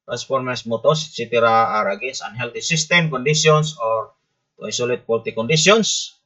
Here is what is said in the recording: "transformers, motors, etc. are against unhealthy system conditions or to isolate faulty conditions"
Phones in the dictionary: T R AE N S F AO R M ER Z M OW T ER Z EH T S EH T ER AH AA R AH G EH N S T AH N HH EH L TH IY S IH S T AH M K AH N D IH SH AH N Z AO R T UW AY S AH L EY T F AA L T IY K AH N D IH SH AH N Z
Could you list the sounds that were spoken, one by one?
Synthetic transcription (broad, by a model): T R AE N S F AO R M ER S M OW T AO S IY T IY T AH AA R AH G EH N S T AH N HH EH L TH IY S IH S T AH M K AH N D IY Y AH N S AO R T UW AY S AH L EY T P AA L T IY K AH N D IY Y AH N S